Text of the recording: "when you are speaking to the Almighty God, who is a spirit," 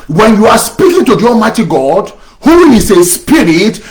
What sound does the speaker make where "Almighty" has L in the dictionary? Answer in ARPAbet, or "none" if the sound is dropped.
none